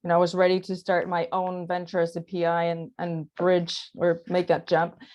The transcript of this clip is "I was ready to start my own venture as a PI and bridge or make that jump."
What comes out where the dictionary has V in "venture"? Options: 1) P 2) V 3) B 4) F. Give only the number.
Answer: 2